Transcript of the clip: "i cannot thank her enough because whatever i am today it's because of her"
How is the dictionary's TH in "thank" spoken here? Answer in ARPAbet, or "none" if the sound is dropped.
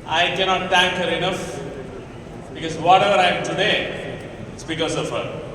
T